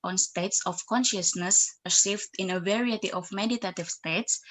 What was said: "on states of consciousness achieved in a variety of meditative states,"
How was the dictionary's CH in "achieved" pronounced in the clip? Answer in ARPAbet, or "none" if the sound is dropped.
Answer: S